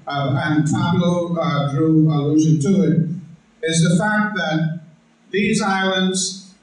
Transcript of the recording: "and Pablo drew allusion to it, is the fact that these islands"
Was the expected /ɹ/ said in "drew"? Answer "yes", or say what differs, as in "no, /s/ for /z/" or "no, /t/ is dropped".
yes